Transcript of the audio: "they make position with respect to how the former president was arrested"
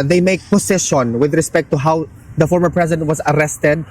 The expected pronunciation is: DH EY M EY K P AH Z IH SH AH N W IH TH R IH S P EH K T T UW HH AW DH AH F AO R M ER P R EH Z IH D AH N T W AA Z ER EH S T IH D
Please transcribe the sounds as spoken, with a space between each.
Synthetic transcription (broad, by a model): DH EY M EY K P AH S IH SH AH N W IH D R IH S P EH K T T UW HH AW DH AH F AO R M ER P R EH S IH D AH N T W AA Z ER EH S T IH D